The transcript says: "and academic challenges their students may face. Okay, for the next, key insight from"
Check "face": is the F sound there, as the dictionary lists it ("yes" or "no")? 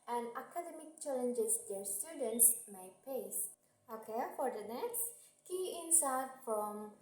no